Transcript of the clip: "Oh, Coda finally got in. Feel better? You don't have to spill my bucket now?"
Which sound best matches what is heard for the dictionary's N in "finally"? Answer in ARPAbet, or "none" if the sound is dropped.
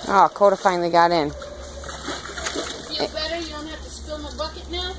none